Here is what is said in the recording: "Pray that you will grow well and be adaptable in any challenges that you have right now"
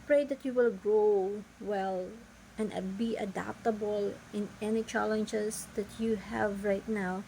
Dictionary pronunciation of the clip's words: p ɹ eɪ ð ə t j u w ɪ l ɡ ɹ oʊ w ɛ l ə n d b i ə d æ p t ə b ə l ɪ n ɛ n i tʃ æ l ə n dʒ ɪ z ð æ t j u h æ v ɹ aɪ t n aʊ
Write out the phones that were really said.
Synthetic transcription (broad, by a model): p ɹ eɪ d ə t j u w ɪ l ɡ ɹ oʊ w ɛ l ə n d b i ə d æ p t ə b ə l ɪ n ɛ n i tʃ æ l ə n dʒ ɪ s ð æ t j u h æ v ɹ aɪ t n aʊ